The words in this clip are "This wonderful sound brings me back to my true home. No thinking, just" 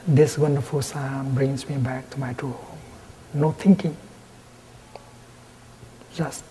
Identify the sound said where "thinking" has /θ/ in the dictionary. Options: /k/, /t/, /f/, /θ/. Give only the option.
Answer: /t/